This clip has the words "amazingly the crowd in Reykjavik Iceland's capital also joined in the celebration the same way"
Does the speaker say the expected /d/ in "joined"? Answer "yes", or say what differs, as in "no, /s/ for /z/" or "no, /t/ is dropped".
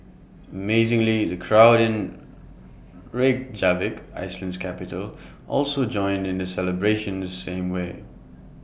yes